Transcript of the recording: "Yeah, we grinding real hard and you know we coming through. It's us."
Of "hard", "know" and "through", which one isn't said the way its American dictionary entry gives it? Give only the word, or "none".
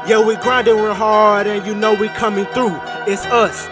none